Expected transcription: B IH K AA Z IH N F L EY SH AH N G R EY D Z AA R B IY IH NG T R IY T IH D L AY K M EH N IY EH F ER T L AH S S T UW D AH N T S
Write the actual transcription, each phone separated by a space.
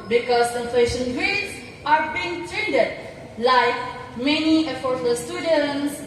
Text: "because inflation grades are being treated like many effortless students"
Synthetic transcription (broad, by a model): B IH K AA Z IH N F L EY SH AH N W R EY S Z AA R B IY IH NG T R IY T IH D L AY K M EH N IY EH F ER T AH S S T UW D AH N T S